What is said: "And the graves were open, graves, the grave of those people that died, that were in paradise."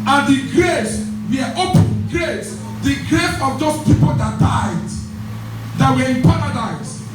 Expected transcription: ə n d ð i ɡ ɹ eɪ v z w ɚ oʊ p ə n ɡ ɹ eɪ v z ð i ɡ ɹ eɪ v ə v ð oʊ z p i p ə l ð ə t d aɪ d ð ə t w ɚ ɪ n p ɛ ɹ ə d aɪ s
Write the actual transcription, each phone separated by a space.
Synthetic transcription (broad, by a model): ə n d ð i ɡ ɹ eɪ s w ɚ oʊ p ə n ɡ ɹ eɪ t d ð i ɡ ɹ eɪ f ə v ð oʊ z p i p ə l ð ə t d aɪ d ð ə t w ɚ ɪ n p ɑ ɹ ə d aɪ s